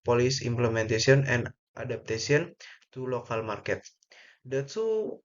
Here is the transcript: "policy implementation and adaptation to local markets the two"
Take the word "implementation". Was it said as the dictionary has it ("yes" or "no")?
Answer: no